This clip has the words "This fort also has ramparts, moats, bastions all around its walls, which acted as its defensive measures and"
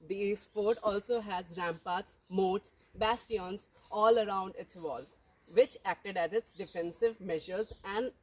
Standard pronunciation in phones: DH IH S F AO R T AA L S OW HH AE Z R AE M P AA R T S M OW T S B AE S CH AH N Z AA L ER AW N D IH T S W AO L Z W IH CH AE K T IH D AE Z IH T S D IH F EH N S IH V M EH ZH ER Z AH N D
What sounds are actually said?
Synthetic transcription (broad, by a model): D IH S P AO R T AA L S OW HH AE Z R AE M P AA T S M OW T S B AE S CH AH N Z AA L ER AW N D IH T S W AO L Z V IH CH AE K T IH D AE Z IH T S D IH F EH N S IH V M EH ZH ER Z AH N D